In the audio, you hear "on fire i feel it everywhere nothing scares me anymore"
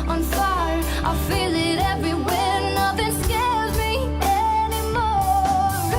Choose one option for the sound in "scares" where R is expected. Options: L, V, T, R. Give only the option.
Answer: L